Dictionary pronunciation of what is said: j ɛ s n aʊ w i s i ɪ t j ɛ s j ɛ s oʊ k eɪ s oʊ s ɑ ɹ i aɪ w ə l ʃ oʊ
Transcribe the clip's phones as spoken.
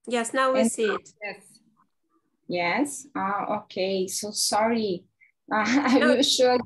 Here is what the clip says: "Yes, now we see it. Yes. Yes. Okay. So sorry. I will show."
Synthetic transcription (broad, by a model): j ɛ s n aʊ w i s i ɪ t j ɛ s j ɛ s oʊ k eɪ s oʊ s ɑ ɹ i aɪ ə n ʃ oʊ